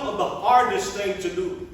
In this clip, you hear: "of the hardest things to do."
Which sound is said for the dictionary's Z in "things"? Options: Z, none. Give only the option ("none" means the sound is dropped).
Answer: none